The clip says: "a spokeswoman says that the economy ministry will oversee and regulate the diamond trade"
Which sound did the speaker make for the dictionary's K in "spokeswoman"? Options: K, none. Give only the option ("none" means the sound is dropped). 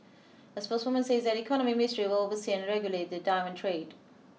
none